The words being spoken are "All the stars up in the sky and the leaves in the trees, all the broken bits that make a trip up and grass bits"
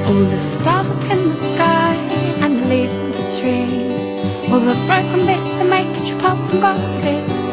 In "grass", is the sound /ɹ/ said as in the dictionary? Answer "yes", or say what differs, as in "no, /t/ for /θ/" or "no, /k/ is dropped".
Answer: no, /ɹ/ is dropped